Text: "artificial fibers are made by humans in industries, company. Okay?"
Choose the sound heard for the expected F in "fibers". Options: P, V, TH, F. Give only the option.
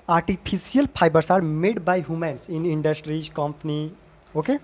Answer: P